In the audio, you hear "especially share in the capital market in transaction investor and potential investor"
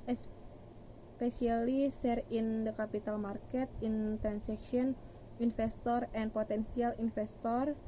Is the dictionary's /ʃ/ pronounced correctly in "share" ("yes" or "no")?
no